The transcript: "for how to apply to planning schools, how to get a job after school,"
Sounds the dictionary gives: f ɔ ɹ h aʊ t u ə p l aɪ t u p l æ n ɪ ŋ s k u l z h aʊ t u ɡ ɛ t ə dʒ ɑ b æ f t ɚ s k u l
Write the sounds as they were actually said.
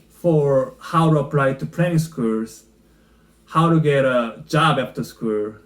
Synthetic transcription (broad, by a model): f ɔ ɹ h aʊ t u ə p l aɪ t u p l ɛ ɪ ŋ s k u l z h aʊ t u ɡ ɛ t ə dʒ ɑ b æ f t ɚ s k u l